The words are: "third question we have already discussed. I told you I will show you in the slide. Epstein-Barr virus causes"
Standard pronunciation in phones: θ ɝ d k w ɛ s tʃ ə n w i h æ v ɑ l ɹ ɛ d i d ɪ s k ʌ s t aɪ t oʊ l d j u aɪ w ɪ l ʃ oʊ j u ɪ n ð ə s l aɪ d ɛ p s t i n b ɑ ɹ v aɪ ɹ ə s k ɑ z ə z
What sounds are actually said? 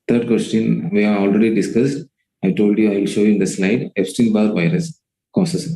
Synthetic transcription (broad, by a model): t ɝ d k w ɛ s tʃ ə n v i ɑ ɑ l ɹ ɛ d i d ɪ s k ʌ s t aɪ t oʊ l d j u aɪ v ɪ l ʃ oʊ j u ɪ n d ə s l aɪ d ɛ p s t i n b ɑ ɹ v aɪ ɹ ə s k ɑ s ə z